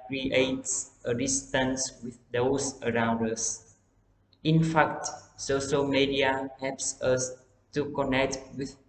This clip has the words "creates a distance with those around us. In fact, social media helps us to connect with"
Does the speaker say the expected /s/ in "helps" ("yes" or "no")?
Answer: yes